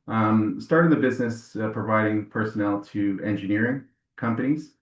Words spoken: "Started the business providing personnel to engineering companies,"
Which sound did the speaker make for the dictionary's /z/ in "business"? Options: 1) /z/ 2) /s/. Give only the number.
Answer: 1